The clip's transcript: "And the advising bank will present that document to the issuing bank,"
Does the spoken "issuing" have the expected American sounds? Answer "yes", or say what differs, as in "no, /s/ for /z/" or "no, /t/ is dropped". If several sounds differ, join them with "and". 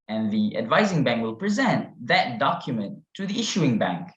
yes